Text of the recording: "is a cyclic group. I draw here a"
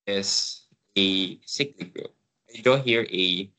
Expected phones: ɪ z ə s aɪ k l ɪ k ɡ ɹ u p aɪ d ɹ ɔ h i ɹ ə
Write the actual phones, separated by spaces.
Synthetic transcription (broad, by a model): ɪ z ə s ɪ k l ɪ ɡ ɹ u p aɪ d ɔ h i ɹ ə